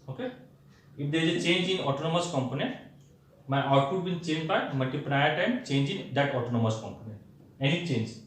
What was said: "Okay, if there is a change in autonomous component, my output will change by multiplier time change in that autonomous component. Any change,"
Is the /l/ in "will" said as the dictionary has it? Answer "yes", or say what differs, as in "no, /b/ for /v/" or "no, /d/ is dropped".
no, /n/ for /l/